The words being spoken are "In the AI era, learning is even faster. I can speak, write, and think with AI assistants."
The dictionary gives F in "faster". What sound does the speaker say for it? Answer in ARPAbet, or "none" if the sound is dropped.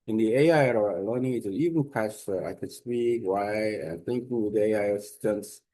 P